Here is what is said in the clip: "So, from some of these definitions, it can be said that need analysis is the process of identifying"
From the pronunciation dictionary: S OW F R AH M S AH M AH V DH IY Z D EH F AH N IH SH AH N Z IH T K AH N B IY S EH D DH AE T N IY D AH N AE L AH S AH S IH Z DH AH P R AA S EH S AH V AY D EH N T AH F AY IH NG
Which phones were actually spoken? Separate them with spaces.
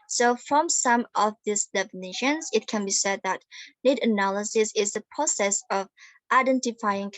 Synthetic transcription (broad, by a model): S OW F R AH M S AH M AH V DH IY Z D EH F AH N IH SH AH N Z IH T K AH N B IY S EH D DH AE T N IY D AH N AE L AH S AH S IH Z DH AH P R AA S EH S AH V AY D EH N T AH F AY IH NG